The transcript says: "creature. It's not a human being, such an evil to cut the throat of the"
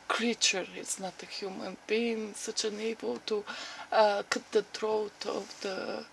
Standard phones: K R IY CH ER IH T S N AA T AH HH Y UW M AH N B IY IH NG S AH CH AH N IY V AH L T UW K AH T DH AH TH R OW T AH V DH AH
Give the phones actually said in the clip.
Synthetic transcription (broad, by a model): K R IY CH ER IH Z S N AA T AH HH Y UW M AH N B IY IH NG S AH CH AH N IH B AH L T UW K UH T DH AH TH R OW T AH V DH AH